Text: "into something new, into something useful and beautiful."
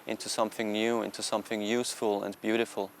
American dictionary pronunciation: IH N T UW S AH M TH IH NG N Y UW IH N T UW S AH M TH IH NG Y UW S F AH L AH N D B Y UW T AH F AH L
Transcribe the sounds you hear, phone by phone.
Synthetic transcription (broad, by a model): IH N T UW S AH M TH IH NG N Y UW IH N T UW S AH M TH IH NG Y UW S F AH L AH N B Y UW T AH F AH L